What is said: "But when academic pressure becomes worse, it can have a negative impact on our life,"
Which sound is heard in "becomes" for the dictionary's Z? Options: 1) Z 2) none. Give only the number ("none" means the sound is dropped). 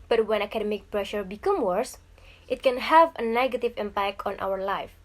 2